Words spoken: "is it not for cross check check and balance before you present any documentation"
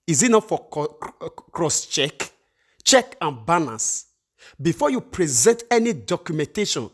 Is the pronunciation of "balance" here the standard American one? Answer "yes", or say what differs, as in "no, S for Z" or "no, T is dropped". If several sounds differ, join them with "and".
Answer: no, N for L and N is dropped